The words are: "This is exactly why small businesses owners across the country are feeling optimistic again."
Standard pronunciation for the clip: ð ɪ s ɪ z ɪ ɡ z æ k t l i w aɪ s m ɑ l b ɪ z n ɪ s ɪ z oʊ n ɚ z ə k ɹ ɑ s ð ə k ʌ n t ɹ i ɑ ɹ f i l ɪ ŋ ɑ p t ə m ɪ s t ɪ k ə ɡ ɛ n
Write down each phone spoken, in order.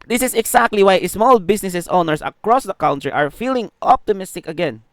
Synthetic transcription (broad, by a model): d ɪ s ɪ s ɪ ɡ s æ k t l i w aɪ s m ɑ l b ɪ s n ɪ s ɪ s oʊ n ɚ s ə k ɹ ɑ s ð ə k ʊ n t ɹ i ɑ ɹ f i l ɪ ŋ ɑ p t ə m ɪ s t ɪ k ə ɡ ɛ n